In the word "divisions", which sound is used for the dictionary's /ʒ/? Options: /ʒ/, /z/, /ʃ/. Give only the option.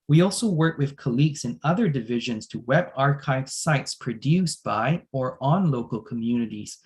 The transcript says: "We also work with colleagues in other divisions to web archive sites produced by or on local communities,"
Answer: /ʒ/